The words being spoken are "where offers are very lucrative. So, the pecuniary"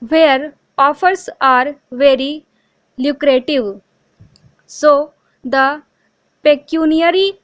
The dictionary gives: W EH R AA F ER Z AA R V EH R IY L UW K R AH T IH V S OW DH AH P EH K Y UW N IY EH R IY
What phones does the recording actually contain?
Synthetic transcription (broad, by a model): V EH R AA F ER S AA R V EH R IY L UW K R AH T IH V S OW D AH P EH K Y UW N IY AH R IY